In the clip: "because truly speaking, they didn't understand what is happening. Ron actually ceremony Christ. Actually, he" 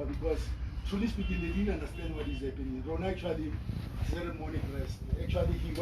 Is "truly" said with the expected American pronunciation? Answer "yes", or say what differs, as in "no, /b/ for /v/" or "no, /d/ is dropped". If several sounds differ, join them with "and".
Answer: no, /ɹ/ is dropped